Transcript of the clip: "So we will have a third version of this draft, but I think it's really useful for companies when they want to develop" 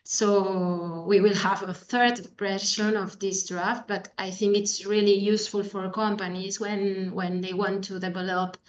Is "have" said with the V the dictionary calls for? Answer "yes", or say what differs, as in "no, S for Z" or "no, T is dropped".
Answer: yes